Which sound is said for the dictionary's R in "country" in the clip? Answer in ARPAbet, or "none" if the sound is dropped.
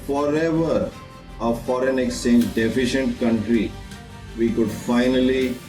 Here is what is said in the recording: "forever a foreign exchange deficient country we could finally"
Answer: R